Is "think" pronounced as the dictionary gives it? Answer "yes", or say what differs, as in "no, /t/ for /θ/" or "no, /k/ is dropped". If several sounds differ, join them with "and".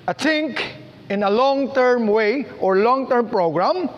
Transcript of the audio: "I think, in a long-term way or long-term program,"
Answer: no, /t/ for /θ/